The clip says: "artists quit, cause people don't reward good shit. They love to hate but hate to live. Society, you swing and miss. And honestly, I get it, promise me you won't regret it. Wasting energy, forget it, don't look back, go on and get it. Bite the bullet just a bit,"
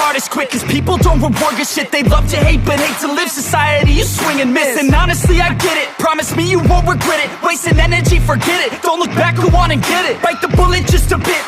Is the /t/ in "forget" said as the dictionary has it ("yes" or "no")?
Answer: yes